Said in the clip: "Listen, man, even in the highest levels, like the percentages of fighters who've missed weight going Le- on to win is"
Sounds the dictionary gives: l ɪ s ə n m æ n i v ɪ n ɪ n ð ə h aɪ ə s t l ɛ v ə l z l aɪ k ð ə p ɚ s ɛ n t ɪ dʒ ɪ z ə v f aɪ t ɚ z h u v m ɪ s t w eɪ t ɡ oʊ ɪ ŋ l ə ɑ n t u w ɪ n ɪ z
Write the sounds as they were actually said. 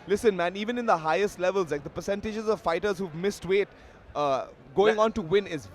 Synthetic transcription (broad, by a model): l ɪ s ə n m æ n i v ɪ n ɪ n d ə h aɪ ə s t l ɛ v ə l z l aɪ k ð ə p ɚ s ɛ n t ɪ dʒ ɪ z ə v f aɪ t ɚ z h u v m ɪ s t w eɪ t ɡ oʊ ɪ ŋ ɑ n t u w ɪ n ɪ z